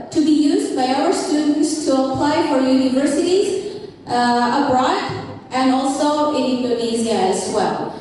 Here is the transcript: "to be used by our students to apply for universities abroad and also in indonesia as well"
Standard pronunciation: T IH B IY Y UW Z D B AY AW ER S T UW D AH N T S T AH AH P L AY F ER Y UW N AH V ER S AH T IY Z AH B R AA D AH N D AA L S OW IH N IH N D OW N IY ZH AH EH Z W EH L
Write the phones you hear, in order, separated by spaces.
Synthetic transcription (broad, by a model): T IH B IY Y UW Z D B AY AW ER S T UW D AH N T S T AH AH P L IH F ER Y UW N AH V ER S AH T IY Z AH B R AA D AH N AA L S OW IH N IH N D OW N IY Z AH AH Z W EH L